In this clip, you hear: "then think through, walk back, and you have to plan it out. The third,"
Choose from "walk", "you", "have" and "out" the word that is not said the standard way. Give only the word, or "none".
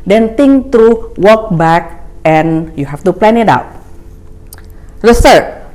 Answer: have